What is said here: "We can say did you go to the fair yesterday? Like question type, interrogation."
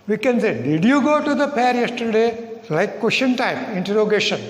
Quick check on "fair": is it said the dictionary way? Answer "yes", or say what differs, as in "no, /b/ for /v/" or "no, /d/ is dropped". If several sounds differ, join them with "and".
no, /p/ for /f/